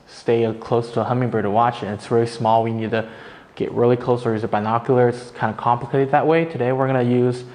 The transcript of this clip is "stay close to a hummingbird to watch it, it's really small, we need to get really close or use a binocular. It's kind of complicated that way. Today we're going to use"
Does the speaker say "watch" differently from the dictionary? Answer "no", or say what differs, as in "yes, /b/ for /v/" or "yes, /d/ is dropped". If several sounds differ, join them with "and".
no